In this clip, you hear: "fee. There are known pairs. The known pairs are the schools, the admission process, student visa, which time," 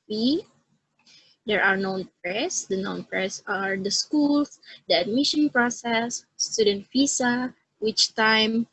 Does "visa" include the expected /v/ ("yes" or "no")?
no